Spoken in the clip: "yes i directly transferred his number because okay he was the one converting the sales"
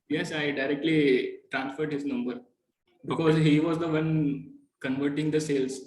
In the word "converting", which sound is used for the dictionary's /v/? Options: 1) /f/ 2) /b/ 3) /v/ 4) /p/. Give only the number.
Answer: 3